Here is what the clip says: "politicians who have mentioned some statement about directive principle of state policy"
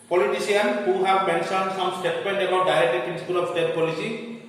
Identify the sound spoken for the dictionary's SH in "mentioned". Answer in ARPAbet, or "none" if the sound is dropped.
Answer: S